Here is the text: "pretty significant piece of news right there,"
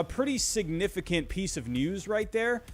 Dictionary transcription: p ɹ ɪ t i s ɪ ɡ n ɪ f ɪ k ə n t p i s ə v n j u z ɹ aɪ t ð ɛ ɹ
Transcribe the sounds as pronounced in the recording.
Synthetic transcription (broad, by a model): p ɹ ɪ t i s ɪ ɡ n ɪ f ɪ k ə n p i s ə v n j u z ɹ aɪ t ð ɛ ɹ